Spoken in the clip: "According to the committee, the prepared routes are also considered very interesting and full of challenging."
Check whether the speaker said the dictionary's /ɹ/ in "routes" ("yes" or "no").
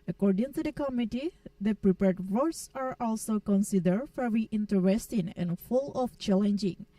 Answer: no